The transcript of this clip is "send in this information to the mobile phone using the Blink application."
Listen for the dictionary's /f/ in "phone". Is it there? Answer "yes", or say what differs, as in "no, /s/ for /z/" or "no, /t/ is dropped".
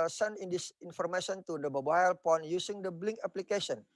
no, /p/ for /f/